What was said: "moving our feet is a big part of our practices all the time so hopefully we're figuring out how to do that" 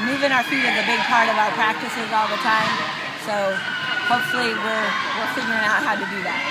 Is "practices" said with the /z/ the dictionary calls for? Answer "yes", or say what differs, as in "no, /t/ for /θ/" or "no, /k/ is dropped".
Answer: yes